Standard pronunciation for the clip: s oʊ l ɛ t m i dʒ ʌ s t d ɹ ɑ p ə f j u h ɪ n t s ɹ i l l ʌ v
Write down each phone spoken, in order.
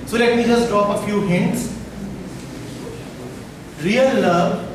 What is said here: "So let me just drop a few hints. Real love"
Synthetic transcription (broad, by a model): s oʊ l ɛ t m i dʒ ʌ s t d ɹ ɑ p ə f j u h ɪ n t s ɹ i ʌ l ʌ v